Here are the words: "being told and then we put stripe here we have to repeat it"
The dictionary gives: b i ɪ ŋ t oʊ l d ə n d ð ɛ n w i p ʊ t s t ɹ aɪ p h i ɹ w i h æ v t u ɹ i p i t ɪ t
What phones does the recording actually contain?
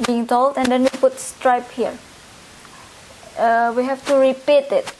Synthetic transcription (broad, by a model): b i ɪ ŋ t oʊ l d ə n d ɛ n w i p ʊ t s t ɹ aɪ p h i ɹ w i h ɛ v t u ɹ i p i t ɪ t